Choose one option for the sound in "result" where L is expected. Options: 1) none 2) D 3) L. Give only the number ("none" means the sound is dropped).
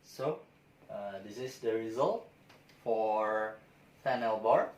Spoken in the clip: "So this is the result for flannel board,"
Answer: 3